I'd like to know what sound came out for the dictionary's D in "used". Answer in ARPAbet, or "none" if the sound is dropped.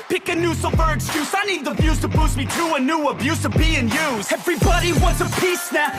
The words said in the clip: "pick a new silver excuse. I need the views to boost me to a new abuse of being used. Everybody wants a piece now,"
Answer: none